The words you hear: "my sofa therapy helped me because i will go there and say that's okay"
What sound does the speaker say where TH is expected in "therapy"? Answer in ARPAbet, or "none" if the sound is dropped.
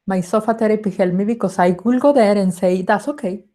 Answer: T